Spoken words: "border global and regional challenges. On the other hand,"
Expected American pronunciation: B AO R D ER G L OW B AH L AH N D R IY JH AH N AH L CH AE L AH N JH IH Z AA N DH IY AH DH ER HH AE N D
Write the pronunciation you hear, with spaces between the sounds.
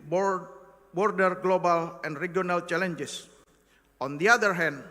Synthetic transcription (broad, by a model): B AO R D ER G L OW B AH L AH N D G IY AH N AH L CH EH L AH N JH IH S AA N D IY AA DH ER HH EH N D